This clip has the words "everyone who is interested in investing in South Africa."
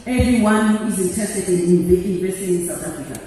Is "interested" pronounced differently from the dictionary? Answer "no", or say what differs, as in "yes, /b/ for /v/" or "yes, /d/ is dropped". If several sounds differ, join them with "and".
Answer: yes, /ɹ/ is dropped